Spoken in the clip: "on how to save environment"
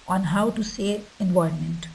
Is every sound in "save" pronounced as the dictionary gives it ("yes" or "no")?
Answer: no